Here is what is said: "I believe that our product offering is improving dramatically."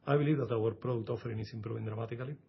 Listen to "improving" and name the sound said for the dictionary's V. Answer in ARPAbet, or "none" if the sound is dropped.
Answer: B